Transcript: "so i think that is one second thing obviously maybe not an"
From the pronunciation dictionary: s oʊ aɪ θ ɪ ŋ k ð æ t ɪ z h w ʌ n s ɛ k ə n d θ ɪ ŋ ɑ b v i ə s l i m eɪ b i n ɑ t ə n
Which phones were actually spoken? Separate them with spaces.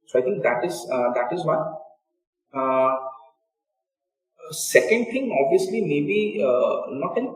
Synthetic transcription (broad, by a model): s oʊ aɪ t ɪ ŋ k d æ t ɪ z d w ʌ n s ɛ k ə n d t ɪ ŋ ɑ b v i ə s l i m eɪ b i n ɑ t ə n